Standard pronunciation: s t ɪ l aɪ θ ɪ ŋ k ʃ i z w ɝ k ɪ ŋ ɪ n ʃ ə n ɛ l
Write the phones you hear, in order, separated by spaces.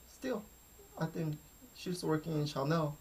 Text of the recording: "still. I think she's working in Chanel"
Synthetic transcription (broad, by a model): s t ɪ l aɪ θ ɪ ŋ k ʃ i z w ɝ k ɪ ŋ ɪ n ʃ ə n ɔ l